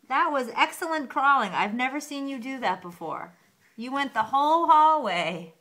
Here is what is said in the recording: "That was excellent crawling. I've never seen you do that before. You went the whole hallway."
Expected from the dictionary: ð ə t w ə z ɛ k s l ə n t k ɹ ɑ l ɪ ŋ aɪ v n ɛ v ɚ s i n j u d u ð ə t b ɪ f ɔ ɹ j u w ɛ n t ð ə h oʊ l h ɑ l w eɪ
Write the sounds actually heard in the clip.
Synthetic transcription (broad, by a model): ð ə t w ə z ɛ k s l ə n k ɹ ɑ l ɪ ŋ aɪ v n ɛ v ɚ s i n j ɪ d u ð ə t b ɪ f ɔ ɹ j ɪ w ɛ n ð ə h oʊ l h ɑ l w eɪ